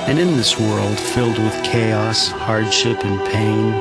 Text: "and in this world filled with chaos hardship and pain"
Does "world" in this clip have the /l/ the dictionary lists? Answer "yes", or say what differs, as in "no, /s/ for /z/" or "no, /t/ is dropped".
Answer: yes